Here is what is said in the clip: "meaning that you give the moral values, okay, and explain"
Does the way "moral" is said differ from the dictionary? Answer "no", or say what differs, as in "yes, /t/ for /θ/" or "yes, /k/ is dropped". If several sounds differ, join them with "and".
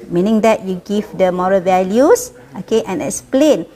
no